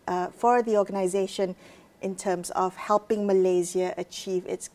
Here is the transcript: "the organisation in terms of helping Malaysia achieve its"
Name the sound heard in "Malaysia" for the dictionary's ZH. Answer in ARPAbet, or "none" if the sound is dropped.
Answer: Z